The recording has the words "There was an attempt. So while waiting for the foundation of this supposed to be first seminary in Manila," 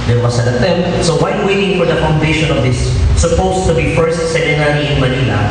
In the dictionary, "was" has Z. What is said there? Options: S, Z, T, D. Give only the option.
S